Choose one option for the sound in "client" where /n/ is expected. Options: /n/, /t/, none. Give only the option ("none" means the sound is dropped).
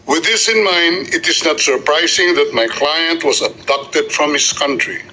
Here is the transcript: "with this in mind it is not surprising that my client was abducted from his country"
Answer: /n/